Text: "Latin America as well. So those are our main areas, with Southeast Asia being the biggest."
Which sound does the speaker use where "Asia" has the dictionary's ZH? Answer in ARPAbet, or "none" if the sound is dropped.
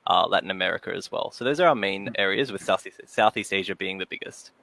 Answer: ZH